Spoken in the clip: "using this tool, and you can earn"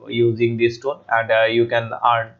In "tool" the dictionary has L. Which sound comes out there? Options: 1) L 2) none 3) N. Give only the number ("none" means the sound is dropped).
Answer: 3